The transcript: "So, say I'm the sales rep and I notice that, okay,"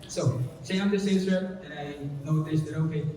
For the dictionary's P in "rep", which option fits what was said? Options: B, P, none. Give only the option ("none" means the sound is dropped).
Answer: none